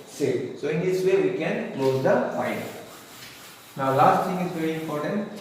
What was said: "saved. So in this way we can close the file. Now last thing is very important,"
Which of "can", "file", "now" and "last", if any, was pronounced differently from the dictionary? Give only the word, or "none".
file